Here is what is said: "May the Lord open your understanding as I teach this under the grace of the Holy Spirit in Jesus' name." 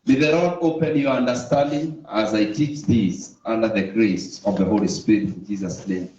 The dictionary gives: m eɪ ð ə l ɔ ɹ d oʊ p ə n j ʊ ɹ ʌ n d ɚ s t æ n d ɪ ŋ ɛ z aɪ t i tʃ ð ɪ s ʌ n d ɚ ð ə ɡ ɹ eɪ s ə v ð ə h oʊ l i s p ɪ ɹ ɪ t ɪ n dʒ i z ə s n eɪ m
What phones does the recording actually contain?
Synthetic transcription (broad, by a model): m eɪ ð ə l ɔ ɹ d oʊ p ə n j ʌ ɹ ʌ n d ɚ s t æ n d ɪ ŋ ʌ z aɪ t i tʃ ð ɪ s ʌ n d ɚ ð ə ɡ ɹ eɪ s ə v ð ə h oʊ l i s p ɪ ɹ ɪ t ɪ n dʒ i z ə s n eɪ m